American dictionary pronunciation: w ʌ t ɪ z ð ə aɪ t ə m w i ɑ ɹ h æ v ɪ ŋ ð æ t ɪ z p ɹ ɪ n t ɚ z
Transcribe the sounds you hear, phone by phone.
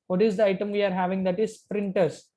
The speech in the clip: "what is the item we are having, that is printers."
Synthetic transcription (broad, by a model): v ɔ t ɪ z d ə aɪ t ə m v i ɑ ɹ h æ v ɪ ŋ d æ t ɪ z p ɹ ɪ n t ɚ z